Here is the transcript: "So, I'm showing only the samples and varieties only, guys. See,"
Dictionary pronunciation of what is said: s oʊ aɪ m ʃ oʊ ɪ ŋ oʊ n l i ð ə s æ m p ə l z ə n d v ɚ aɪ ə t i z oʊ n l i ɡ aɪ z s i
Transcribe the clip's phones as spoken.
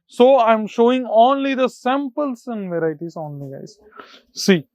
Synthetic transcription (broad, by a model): s oʊ aɪ m ʃ oʊ ɪ ŋ oʊ n l i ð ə s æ m p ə l s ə n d v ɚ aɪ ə t i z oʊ n l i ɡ aɪ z s i